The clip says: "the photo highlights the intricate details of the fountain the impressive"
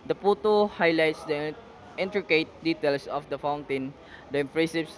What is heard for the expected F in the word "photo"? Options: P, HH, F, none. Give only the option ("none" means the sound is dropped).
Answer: P